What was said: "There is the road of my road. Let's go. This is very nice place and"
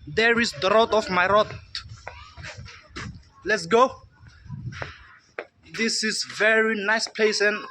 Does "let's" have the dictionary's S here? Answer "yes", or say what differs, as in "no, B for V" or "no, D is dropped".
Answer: yes